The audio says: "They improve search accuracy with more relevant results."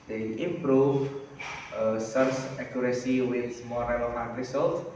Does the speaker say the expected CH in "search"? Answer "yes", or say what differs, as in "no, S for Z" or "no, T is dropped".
no, S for CH